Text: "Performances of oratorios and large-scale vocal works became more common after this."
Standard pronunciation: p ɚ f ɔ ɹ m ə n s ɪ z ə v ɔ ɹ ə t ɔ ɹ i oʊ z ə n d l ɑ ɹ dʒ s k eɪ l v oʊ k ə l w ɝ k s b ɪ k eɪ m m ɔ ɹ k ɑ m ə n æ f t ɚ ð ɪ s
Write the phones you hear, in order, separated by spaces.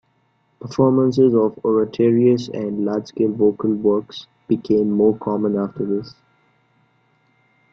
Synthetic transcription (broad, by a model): p ɚ f ɔ ɹ m ə n s ɪ z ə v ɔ ɹ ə t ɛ ɹ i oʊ s ə n d l ɑ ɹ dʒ s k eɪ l v oʊ k ə l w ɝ k s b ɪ k eɪ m m ɔ ɹ k ɑ m ə n æ f t ɚ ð ɪ s